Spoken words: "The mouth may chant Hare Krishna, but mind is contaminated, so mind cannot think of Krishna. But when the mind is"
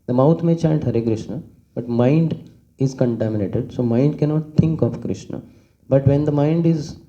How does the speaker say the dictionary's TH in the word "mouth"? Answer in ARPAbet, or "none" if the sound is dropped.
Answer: T